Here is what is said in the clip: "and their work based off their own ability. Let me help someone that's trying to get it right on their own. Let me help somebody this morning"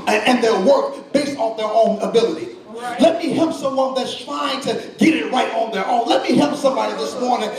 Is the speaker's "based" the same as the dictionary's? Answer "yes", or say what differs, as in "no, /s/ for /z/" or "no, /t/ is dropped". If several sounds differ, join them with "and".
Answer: yes